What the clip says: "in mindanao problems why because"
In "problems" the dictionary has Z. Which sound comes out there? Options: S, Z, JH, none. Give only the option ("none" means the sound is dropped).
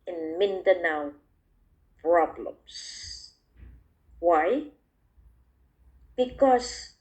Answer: S